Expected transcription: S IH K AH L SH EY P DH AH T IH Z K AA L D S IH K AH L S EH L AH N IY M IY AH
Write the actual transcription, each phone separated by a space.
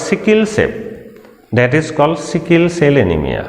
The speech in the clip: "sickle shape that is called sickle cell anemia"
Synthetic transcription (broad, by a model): S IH K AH L S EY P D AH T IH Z K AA L S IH K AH L S EH L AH N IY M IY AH